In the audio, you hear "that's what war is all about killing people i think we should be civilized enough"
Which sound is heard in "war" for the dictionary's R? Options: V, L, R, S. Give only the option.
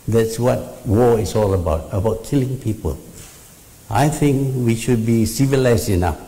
L